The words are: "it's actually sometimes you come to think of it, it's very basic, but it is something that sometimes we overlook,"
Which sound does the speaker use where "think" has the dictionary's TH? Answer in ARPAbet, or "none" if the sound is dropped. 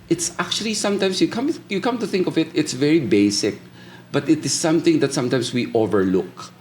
TH